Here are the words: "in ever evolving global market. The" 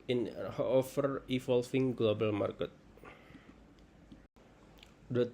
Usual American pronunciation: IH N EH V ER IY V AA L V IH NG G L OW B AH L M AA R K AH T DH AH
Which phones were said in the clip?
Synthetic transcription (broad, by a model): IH N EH F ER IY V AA L F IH NG G L OW B AH L M AA R K AH T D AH